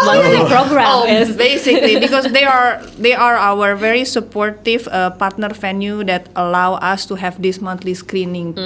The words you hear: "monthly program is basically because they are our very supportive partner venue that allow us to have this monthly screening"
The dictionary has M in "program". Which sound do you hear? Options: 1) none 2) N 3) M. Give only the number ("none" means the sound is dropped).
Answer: 1